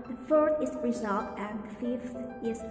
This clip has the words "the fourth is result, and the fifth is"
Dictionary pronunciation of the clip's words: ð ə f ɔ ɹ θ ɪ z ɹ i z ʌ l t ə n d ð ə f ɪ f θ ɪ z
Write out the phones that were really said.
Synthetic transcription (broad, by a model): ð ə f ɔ ɹ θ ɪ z ɹ i z ʌ l t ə n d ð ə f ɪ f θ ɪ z